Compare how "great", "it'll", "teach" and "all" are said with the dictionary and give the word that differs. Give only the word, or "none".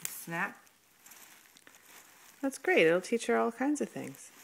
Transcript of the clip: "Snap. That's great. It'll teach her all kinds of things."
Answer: great